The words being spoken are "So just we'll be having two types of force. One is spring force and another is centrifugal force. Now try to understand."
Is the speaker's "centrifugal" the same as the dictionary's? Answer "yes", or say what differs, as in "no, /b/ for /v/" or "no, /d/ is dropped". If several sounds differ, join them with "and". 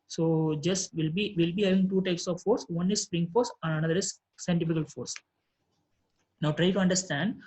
no, /ɹ/ is dropped